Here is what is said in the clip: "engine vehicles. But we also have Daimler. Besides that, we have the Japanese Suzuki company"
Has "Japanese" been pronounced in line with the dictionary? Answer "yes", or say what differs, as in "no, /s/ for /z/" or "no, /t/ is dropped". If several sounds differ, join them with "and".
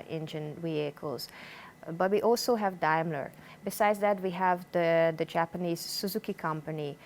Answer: yes